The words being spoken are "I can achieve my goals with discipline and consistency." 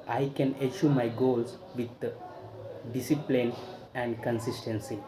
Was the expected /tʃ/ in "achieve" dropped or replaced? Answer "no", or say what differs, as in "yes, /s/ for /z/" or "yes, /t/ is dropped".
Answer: yes, /ʃ/ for /tʃ/